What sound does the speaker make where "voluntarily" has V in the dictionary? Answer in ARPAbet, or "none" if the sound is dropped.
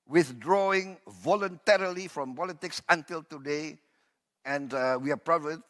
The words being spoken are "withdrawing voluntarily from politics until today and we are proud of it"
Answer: V